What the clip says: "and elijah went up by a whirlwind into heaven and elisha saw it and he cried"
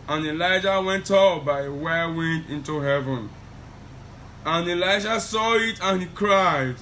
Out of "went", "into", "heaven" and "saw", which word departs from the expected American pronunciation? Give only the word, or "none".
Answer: none